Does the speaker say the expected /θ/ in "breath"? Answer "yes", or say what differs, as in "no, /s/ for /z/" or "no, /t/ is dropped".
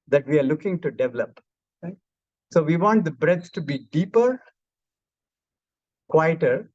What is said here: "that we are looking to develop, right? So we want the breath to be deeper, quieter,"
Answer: no, /s/ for /θ/